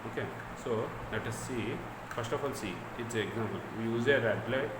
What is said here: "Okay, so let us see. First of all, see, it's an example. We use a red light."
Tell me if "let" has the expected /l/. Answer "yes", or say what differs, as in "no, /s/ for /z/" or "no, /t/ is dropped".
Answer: no, /n/ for /l/